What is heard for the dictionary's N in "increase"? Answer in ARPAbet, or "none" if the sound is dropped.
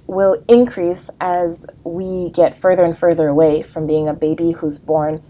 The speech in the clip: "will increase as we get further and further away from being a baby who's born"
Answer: N